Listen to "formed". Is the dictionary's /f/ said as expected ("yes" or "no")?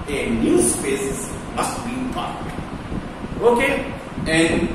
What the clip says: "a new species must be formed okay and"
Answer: no